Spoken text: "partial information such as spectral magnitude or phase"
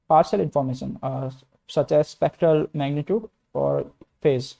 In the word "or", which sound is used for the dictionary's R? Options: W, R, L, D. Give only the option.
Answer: R